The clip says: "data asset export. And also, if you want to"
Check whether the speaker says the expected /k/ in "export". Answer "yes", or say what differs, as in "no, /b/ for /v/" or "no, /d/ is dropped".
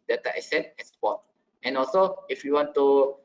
no, /k/ is dropped